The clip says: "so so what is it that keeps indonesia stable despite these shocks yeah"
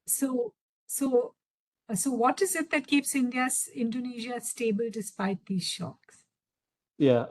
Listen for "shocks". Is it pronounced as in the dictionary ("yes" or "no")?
yes